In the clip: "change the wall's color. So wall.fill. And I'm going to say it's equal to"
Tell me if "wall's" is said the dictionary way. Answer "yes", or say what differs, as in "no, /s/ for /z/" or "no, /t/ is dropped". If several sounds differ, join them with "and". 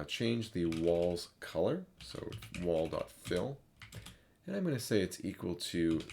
yes